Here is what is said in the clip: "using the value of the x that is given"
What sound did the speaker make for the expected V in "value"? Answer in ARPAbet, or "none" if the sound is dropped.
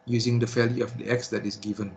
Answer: F